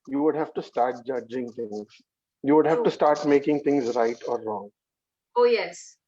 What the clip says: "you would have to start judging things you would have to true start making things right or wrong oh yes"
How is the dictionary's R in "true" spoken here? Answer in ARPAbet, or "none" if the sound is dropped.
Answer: none